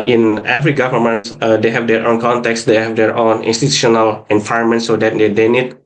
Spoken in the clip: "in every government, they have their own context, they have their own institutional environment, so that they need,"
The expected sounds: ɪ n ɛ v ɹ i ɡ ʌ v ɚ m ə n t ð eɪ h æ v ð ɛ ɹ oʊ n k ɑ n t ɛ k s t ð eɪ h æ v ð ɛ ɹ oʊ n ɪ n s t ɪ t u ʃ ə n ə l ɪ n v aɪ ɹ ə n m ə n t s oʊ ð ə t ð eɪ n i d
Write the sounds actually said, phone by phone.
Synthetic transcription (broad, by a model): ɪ n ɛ f ɹ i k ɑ f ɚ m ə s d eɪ h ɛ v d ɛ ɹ oʊ n k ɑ n t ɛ k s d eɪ h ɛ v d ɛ ɹ oʊ n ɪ n s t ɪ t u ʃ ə n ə l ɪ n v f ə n m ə n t s oʊ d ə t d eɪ n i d